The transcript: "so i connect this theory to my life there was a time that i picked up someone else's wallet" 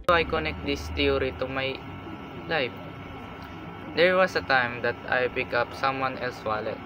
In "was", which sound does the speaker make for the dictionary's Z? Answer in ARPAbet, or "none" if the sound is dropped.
S